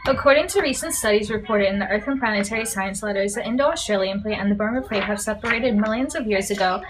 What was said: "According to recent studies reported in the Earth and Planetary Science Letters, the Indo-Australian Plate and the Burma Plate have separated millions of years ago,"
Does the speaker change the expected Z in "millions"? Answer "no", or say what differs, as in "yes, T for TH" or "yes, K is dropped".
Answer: no